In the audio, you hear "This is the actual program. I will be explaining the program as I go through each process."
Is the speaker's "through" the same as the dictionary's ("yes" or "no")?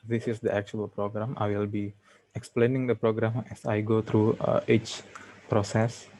no